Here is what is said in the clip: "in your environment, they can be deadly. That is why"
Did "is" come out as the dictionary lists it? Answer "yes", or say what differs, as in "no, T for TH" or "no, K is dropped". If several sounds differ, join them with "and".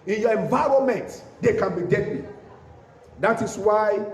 no, S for Z